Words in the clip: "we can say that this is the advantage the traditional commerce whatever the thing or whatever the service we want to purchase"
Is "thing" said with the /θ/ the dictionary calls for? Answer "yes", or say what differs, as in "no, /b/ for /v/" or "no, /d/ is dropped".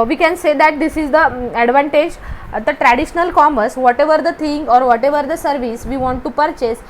no, /t/ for /θ/